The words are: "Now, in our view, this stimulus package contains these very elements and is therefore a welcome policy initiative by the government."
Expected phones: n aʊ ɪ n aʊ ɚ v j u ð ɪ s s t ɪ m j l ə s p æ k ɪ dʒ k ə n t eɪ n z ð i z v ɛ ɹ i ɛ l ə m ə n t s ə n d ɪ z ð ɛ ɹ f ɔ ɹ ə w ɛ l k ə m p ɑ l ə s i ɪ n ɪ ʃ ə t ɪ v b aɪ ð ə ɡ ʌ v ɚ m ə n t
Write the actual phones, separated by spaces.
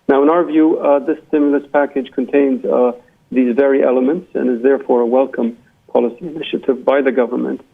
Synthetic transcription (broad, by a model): n aʊ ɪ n aʊ ɚ v j u ð ɪ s s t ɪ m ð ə s p æ k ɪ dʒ k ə n t eɪ n z ð i z v ɛ ɹ i ɛ l ə m ə n t s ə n ɪ z ð ɛ ɹ f ɔ ɹ ə w ɛ l k ə m p ɑ l ə s i ɪ n ɪ ʃ ə t ɪ v b aɪ ð ə ɡ ʌ v ɚ m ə n t